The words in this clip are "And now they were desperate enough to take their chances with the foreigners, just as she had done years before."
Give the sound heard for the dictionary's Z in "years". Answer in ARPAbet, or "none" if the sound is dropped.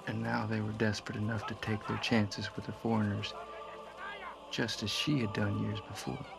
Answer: Z